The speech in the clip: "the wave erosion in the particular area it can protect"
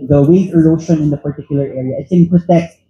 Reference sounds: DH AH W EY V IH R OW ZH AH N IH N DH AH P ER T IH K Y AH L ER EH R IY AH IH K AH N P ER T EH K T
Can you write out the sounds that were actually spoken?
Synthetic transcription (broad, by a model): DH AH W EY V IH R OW SH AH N IH N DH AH P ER T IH K Y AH L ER EH R IY AH IH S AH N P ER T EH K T